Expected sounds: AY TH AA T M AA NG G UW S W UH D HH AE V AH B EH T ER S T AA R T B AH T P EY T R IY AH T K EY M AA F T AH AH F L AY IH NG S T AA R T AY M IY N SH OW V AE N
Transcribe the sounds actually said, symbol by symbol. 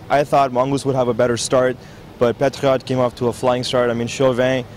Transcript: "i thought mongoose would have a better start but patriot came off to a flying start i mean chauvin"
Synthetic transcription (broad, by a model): AY TH AA T M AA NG G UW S W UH D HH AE V AH B EH T ER S T AA R T B AH T P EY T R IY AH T K EY M AA F T AH AH F L AY IH NG S T AA R T AY M IY N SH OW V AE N